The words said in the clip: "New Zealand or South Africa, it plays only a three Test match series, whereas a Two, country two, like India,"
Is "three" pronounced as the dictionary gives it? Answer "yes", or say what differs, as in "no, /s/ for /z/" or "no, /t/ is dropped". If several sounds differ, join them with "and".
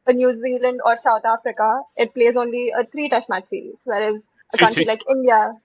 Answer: no, /t/ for /θ/